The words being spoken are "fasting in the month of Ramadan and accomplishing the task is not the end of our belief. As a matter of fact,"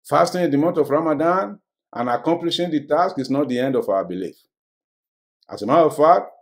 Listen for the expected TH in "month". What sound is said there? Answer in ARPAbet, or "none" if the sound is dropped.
T